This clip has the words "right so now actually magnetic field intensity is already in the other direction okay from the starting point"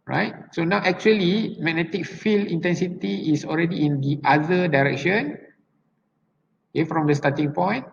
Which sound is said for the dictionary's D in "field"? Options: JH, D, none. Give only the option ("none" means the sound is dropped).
none